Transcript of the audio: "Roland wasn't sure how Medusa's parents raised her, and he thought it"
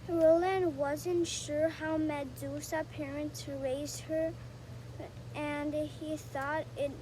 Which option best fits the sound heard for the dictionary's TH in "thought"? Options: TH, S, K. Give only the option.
TH